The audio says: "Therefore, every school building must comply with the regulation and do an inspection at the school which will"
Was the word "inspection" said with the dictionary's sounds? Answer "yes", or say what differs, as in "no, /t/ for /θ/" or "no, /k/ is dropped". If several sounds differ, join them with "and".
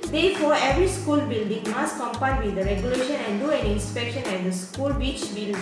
yes